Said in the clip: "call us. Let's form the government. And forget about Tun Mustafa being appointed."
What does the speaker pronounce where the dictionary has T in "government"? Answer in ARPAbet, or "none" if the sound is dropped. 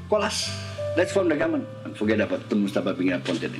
none